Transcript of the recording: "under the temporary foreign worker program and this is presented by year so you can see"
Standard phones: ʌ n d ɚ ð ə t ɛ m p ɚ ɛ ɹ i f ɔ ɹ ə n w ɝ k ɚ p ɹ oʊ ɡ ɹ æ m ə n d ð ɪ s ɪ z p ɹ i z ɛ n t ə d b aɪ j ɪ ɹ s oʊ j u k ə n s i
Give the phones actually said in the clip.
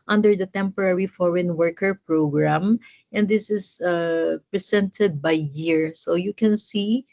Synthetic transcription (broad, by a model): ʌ n d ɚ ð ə t ɛ m p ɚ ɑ ɹ i f ɔ ɹ ə n w ɝ k ɚ p ɹ oʊ ɡ ɹ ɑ m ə n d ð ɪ s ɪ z p ɹ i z ɛ n t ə d b aɪ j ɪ ɹ s oʊ j u k ə n s i